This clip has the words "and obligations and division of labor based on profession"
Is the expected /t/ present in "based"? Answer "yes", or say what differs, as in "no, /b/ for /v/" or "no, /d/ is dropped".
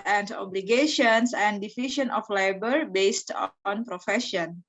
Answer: yes